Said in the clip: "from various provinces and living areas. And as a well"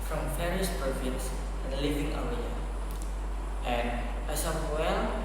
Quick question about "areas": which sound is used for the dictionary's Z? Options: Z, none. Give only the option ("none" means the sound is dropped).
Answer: none